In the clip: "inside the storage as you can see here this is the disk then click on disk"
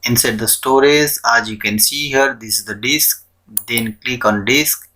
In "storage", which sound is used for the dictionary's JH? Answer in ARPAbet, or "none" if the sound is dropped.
Z